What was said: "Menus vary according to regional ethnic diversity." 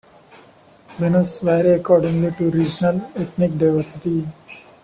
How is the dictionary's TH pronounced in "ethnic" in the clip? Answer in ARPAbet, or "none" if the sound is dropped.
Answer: T